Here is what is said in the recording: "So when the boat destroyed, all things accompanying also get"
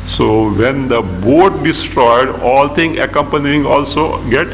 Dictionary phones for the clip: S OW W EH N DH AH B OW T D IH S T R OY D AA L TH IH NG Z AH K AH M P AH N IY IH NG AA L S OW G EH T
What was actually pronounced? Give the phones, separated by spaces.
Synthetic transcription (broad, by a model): S OW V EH N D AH B OW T D IH S T R OY D AA L T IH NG AH K AH M P AH N IY IH NG AA L S OW G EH T